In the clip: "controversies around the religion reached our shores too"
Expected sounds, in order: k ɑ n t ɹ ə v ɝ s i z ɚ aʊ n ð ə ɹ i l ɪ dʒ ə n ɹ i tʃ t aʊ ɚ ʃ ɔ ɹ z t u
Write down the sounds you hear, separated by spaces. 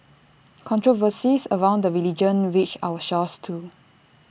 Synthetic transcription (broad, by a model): k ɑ n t ɹ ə v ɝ s i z ɚ aʊ n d ə ɹ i l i dʒ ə n w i tʃ aʊ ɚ ʃ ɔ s t u